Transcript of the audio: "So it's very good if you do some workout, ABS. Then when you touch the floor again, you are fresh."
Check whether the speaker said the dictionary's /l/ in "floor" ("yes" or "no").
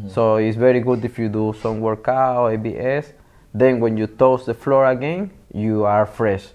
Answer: yes